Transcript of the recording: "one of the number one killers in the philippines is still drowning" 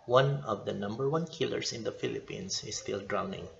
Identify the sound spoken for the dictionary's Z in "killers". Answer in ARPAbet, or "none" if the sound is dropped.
S